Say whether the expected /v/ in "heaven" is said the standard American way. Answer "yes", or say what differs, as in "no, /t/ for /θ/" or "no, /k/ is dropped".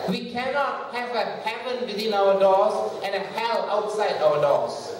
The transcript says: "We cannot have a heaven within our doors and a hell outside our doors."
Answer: no, /p/ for /v/